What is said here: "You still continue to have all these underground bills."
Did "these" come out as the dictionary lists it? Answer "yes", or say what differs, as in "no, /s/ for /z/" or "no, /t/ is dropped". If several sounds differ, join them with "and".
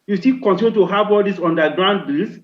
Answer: no, /s/ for /z/